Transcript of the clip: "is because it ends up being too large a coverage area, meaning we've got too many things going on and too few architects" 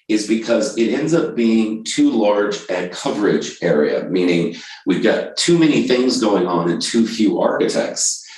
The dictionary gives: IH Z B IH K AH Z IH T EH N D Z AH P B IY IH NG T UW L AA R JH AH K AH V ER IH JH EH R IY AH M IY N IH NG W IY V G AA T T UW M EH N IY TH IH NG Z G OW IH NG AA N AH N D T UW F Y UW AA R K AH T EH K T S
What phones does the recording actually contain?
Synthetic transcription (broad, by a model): IH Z B IH K AH Z IH T EH N D Z AH P B IY IH NG T UW L AA R JH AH K AH V ER IH JH EH R IY AH M IY N IH NG W IY V G AA T T UW M EH N IY TH IH NG Z G OW IH NG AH N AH N T UW F Y UW AA R K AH T EH K T S